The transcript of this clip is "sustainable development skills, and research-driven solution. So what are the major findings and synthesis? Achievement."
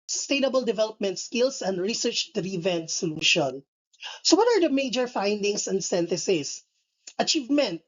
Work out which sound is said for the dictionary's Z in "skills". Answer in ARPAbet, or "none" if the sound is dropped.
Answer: S